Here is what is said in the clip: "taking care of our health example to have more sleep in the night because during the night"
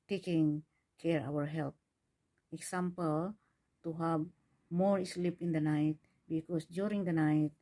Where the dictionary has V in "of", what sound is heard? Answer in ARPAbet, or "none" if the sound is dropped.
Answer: W